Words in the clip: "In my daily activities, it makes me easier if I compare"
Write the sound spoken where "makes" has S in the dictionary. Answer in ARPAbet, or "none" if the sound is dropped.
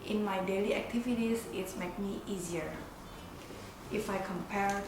none